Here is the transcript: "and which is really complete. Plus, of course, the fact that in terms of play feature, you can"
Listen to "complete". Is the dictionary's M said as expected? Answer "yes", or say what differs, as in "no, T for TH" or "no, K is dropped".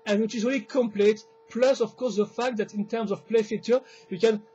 yes